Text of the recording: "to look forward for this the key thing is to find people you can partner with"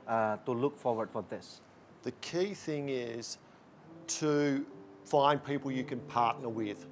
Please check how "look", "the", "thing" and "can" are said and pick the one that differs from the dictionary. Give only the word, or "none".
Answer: none